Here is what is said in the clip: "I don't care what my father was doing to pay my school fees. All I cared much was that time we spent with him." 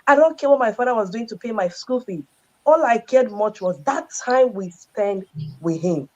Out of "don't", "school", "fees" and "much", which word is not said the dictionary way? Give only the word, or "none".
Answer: fees